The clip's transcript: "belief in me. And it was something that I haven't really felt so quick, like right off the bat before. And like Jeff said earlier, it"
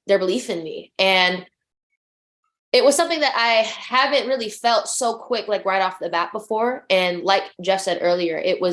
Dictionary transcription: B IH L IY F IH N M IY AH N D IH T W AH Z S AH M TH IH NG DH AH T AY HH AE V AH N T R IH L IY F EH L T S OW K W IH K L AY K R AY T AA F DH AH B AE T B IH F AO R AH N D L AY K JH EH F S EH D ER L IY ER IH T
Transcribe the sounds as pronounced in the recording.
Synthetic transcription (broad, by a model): B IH L IY F IH N M IY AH N IH T W AH Z S AH M TH IH NG DH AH T AY HH AE V AH N T R IH L IY F EH L T S OW K W IH K L AY K R AY T AA F DH AH B AE T B IH F AO R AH N L AY K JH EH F S EH D ER L IY ER IH T